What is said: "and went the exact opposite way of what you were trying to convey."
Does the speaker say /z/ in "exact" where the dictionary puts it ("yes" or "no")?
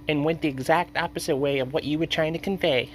yes